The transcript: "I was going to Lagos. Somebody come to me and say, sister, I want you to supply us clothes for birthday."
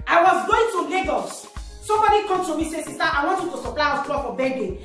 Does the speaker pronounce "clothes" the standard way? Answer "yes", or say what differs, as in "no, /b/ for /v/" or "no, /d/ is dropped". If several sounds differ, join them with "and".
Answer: no, /z/ is dropped